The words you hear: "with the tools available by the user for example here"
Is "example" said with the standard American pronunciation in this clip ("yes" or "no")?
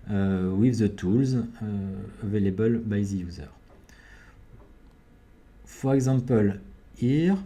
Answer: no